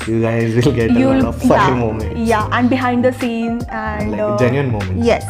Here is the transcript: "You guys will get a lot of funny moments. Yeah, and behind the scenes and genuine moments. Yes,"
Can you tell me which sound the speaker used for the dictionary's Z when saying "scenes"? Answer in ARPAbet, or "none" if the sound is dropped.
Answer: none